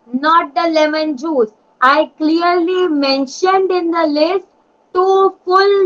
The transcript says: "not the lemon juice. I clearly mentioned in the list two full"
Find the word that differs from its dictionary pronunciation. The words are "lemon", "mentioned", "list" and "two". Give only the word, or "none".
none